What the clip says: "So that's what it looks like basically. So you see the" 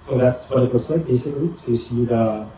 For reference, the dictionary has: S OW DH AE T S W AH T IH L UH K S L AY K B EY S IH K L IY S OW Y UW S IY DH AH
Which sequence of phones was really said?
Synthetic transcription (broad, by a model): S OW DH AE T S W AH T IH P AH S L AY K B EY S IH K L IY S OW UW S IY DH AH